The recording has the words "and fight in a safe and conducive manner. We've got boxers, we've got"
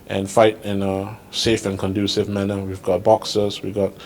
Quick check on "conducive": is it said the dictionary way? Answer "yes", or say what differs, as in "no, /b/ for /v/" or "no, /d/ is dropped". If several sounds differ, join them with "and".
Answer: yes